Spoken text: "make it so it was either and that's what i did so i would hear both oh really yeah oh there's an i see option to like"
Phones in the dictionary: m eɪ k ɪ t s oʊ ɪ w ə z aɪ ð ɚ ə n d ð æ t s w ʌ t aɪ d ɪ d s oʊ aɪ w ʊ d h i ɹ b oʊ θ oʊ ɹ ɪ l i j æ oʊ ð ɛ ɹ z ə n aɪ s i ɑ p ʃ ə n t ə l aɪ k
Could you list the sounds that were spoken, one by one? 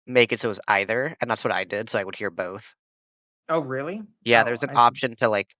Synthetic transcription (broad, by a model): m eɪ k ɪ t s oʊ ɪ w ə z aɪ ð ɚ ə n ð æ t s w ʌ t aɪ d ɪ d s oʊ aɪ w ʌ d h i ɹ b oʊ θ oʊ ɹ ɪ l i j æ ð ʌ ɹ z ə n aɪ ɑ p ʃ ə n t ə l aɪ k